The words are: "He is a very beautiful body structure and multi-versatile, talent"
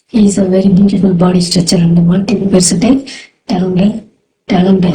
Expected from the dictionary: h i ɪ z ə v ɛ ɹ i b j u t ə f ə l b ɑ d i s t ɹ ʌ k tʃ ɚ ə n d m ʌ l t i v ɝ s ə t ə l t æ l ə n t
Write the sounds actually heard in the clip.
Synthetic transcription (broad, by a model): h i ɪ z ə v ɛ ɹ i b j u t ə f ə l b ɑ d i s t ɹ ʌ tʃ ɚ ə n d m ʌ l t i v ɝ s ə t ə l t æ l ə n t